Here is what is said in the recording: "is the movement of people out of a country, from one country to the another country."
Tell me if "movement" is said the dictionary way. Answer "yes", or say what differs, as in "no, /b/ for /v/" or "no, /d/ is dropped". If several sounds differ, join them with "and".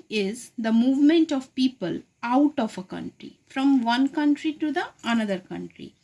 yes